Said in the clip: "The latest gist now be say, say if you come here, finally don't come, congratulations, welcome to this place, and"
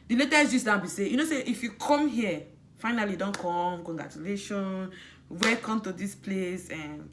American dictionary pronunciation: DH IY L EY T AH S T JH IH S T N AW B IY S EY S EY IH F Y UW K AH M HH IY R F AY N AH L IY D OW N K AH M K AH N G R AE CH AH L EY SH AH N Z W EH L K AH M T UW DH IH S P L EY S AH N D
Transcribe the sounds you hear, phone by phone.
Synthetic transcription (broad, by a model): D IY L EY T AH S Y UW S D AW B IY S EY S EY IH F Y UW K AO M HH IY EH F AY N AH L IY D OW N K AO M K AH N G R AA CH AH L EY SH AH N W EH K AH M T UW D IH S P L EY S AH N